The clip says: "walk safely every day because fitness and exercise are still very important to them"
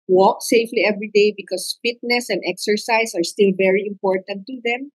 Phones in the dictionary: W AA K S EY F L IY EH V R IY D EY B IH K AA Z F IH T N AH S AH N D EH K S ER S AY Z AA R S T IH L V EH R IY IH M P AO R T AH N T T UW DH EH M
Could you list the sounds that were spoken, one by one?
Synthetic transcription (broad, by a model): W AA K S EY F L IY EH V R IY D EY B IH K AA S F IH T N AH S AH N D EH K S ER S AY S AA R S T IH L V EH R IY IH M P AO R T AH N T T UW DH EH M